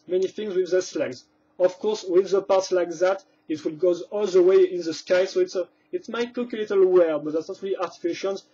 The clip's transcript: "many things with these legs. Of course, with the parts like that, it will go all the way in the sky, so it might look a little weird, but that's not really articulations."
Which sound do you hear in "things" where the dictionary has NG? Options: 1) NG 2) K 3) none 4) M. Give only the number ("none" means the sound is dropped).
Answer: 1